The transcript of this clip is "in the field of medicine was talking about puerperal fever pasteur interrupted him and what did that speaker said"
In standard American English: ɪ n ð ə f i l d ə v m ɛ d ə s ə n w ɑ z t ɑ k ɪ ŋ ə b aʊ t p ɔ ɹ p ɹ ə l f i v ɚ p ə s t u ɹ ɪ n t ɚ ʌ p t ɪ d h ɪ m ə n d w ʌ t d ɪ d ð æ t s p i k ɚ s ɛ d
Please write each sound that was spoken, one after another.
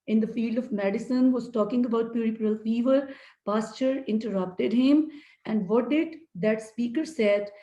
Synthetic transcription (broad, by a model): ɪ n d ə f i l d ə v m ɛ d ə s ə n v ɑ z t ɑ k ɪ ŋ ə b aʊ t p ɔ ɹ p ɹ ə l f i v ɚ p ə s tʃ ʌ ɹ ɪ n t ɚ ʌ p t ɪ d h ɪ m ə n d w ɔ t d ɪ d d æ t s p i k ɚ s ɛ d